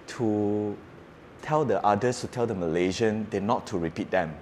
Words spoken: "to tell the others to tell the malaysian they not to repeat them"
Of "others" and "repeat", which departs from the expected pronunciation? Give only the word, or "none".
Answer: others